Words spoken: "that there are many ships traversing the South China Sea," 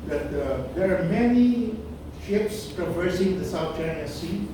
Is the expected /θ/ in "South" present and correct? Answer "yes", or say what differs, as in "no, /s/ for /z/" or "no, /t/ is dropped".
no, /t/ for /θ/